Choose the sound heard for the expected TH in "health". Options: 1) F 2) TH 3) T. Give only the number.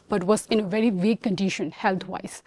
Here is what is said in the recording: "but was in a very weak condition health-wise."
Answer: 3